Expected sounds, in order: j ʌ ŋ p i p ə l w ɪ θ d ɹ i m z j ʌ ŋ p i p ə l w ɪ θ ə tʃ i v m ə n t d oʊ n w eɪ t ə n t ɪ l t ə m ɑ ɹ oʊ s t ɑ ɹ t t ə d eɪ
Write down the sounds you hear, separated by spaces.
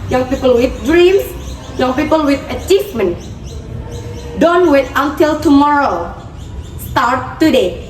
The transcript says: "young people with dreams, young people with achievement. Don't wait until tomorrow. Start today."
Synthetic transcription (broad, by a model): j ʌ ŋ p i p ə l w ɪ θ d ɹ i m s j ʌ ŋ p i p ə l w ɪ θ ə tʃ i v m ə n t d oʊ n w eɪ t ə n t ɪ l t ə m ɑ ɹ oʊ s t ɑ ɹ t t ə d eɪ